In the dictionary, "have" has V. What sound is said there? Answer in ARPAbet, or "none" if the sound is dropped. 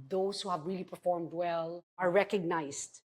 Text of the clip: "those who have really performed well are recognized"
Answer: V